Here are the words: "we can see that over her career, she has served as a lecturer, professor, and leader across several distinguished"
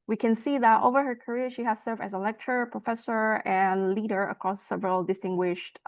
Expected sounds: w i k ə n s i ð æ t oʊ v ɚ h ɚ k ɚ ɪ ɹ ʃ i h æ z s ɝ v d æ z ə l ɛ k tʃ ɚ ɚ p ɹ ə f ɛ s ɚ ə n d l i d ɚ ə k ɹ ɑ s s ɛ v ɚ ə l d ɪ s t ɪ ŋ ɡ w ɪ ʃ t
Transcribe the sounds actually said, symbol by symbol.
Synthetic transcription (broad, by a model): w i k ə n s i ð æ t oʊ v ɚ h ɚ k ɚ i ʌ ʃ i h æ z s ɝ v d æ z ə l ɛ k tʃ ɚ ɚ p ɹ ə f ɛ s ɚ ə n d l i d ɚ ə k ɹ ɑ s s ɛ v ɚ ə l d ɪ s t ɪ ŋ ɡ w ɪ ʃ t